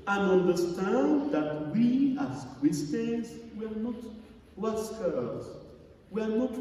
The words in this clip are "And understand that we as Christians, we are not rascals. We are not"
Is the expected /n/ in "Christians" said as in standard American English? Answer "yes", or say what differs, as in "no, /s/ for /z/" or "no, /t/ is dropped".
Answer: no, /n/ is dropped